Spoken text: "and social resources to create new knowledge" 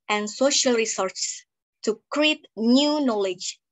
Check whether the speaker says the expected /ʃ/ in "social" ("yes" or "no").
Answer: yes